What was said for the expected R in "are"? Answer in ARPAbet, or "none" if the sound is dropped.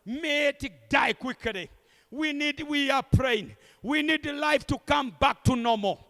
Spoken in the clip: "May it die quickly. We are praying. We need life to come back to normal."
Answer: W